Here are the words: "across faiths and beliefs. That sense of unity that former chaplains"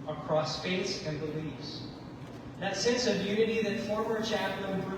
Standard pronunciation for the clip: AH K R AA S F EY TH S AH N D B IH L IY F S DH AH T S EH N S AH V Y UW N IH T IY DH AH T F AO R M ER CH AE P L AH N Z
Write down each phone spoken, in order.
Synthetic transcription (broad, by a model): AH K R AA S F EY T S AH N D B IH L IY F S DH AH T S EH N S AH V Y UW N IH T IY DH AH T F AO R M ER CH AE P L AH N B